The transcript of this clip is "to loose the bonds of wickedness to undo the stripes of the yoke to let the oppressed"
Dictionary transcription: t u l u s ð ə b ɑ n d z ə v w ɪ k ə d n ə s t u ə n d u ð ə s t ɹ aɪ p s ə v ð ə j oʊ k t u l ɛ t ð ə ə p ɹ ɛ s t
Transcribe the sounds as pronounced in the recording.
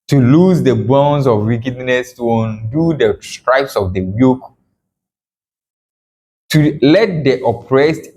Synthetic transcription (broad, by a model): t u l u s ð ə b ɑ n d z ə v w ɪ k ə d n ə s t u ə n d u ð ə s t ɹ aɪ p s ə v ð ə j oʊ k t u l ɛ t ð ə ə p ɹ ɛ s t